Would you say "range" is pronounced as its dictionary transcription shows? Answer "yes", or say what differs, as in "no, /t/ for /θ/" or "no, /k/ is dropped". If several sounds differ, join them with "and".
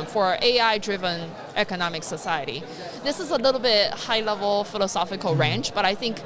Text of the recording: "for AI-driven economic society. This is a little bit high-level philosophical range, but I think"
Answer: no, /tʃ/ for /dʒ/